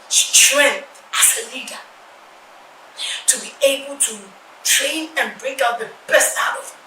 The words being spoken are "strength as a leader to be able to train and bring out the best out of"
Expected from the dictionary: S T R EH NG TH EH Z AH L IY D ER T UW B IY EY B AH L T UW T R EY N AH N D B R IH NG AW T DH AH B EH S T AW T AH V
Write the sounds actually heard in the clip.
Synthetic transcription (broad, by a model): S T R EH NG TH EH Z AH L IY D ER T UW B IY EY B AH L T UW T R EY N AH N B R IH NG AW T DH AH B EH S T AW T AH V